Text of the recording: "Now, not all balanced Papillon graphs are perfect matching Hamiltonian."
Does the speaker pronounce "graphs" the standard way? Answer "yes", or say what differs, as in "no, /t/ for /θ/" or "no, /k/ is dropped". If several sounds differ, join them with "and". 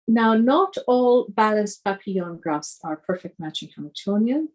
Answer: no, /f/ is dropped